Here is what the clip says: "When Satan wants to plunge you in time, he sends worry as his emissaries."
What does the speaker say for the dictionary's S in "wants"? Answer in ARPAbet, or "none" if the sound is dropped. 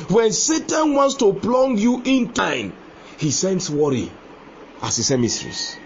S